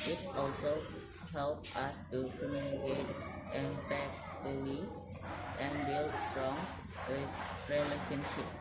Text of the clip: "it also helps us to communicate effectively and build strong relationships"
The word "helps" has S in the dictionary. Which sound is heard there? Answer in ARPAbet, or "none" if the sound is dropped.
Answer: none